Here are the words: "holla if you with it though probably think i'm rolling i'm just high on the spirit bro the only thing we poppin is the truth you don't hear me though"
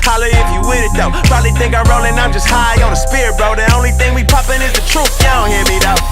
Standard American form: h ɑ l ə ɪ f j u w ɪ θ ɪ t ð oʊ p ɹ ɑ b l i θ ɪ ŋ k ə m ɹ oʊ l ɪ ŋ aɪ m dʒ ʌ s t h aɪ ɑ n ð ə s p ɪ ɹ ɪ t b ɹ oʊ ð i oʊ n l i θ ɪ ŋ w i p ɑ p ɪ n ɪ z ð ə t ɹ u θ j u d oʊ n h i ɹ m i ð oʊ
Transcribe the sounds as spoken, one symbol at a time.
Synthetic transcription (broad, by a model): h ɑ l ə ɪ f j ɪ w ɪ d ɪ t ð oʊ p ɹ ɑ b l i θ ɪ ŋ k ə ɹ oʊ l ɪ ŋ aɪ m dʒ ʌ s t h aɪ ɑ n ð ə s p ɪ ɹ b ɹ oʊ ð i oʊ n l i θ ɪ ŋ w i p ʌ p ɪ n ɪ z ð ə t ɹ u f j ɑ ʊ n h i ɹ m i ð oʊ